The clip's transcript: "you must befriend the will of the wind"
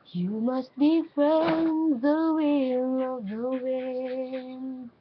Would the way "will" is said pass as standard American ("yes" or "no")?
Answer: no